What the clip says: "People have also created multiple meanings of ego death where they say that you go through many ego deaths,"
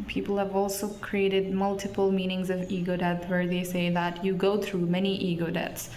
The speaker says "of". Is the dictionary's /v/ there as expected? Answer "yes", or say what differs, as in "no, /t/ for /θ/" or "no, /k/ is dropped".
yes